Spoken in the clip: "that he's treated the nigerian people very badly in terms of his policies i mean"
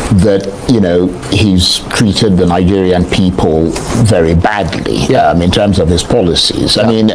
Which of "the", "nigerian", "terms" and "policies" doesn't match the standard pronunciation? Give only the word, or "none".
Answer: none